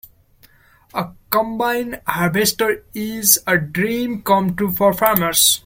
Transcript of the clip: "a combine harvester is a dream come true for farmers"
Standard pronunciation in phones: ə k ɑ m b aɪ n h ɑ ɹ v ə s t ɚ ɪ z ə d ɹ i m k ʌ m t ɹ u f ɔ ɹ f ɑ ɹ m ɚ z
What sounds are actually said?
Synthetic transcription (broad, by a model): ə k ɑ m b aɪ n h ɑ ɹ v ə s t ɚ ɪ z ə d ɹ i m k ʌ m t u f ɔ ɹ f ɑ ɹ m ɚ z